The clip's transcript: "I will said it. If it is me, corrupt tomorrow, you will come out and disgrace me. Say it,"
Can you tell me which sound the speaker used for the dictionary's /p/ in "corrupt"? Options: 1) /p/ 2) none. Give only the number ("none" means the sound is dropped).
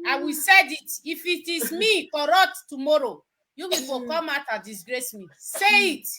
2